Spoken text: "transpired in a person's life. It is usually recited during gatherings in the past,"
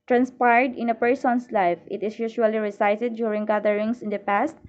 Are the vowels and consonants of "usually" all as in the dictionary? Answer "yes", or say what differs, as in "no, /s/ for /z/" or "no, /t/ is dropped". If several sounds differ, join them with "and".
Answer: no, /ʃ/ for /ʒ/